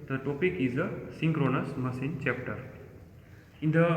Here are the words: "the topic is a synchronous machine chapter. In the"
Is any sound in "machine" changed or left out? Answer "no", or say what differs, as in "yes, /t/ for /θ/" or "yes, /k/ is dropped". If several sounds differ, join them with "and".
yes, /s/ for /ʃ/